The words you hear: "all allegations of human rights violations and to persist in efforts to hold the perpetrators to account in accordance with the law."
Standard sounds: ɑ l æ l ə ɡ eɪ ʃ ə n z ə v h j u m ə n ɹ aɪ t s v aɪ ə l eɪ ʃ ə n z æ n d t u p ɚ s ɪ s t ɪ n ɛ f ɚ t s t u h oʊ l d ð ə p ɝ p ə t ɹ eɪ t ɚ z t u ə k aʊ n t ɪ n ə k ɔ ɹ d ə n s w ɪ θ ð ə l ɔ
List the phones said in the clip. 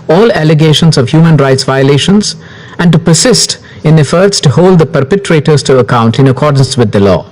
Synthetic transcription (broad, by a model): ɑ l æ l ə ɡ eɪ ʃ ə n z ə v h j u m ə n ɹ aɪ t s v aɪ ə l eɪ ʃ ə n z æ n d t u p ɚ s ɪ s t ɪ n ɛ f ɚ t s t u h oʊ l d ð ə p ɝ p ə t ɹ eɪ t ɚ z t u ə k aʊ n t ɪ n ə k ɔ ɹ d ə n s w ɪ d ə l ɔ